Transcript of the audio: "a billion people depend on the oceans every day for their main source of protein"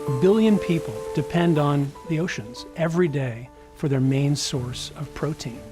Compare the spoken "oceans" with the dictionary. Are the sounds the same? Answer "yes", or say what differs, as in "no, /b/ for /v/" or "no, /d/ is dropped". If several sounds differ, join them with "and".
yes